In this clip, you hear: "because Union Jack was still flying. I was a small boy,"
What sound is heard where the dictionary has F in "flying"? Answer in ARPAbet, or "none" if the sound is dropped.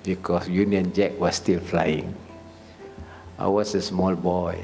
F